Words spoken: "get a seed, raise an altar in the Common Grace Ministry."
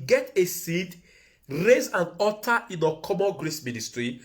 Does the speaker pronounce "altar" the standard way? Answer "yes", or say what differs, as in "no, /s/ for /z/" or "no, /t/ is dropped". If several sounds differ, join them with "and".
no, /l/ is dropped